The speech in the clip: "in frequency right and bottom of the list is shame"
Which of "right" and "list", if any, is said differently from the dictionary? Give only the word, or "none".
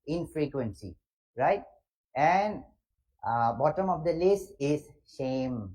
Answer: list